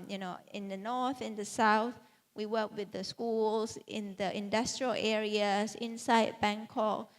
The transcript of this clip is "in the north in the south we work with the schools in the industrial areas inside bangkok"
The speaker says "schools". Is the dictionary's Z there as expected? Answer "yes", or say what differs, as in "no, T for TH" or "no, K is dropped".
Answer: no, S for Z